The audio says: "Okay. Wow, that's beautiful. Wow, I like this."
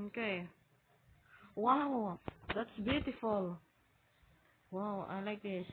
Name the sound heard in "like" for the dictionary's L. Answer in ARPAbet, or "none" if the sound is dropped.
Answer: L